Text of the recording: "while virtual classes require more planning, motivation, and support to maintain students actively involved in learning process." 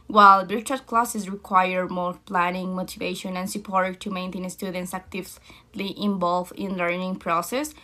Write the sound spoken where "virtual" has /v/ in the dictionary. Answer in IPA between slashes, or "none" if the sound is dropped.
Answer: /b/